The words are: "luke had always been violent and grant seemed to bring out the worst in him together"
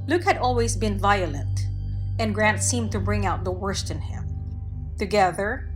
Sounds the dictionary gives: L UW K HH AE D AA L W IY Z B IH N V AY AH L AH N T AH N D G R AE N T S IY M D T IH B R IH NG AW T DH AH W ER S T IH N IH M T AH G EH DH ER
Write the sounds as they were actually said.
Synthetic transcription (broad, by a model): L UW K HH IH D AA L W IY Z B IH N V AY AH L AH N T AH N G R AE N T S IY M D T IH B R IH NG AW T DH AH W ER S T IH N IH M T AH G EH DH ER